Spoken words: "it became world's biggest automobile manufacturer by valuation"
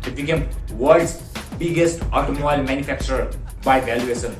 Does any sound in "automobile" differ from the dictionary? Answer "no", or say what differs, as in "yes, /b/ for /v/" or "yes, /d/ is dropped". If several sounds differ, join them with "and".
yes, /b/ is dropped